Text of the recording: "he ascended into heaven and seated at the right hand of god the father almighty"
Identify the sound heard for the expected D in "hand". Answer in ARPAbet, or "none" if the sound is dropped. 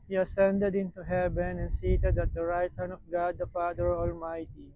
none